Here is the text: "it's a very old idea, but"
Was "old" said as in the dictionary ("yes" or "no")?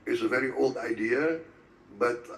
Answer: yes